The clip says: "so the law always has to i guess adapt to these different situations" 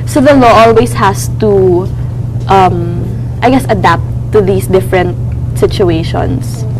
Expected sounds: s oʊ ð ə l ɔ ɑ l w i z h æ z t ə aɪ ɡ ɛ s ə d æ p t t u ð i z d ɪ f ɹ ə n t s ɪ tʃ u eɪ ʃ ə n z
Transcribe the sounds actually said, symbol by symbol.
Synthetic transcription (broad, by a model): s oʊ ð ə l ɔ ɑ l w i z h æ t t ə aɪ ɡ ɛ s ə d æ p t t u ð i s d ɪ f ɹ ə n t s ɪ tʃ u eɪ ʃ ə n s